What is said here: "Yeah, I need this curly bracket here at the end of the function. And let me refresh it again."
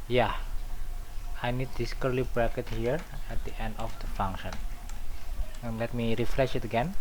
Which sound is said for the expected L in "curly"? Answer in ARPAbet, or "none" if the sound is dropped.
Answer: L